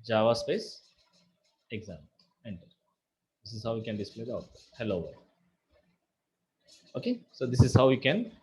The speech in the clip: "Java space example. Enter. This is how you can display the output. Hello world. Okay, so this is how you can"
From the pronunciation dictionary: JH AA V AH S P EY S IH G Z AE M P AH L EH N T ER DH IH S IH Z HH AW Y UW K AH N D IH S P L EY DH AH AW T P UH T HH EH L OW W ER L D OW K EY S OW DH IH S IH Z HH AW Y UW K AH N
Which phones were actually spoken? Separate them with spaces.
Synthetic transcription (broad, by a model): JH AA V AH S P EY S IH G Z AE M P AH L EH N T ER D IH S IH Z HH AW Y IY K AH N D IH S P L EY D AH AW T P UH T HH EH L OW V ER D OW K EY S OW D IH S IH Z HH AW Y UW K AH N